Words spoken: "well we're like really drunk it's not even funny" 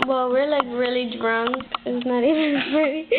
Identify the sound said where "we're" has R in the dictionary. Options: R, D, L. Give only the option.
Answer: R